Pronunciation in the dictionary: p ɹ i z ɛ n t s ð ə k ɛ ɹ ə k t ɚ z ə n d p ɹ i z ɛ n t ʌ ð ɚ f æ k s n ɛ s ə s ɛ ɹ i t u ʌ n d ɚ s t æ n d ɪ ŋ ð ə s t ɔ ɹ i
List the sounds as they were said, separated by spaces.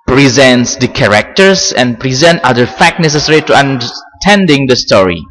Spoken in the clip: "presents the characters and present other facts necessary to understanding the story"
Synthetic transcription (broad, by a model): p ɹ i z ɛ n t s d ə k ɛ ɹ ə k t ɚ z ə n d p ɹ i z ɛ n t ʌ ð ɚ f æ k n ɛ s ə s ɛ ɹ i t u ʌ n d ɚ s t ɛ n d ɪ ŋ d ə s t ɔ ɹ i